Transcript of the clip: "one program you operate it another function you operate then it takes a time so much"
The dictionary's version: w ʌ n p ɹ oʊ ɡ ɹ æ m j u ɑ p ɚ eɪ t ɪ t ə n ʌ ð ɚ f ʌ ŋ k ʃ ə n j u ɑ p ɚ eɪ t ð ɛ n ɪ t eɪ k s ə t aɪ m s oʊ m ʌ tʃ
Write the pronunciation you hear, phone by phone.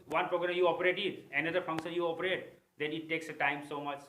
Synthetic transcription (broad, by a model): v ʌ n p ɹ oʊ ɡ ɹ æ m j u ɑ p ɚ eɪ t ɪ t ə n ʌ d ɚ f ʌ ŋ k ʃ ə n j u ɑ p ɚ eɪ t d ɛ n ɪ t eɪ k s ə t aɪ m s oʊ m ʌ tʃ